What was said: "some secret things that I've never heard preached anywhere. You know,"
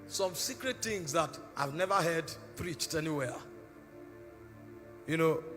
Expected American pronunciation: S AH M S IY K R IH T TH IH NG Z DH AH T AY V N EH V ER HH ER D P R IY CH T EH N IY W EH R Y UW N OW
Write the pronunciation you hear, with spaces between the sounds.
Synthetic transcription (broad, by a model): S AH M S IY K R IH T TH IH NG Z DH AH T AY V N EH V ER HH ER D P R IY CH T EH N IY W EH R Y UW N OW